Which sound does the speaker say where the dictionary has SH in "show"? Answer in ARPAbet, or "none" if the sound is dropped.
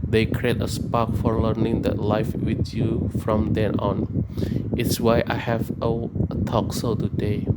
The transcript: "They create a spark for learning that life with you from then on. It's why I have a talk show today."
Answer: S